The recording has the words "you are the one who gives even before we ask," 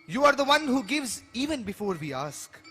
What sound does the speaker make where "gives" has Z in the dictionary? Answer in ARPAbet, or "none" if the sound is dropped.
Z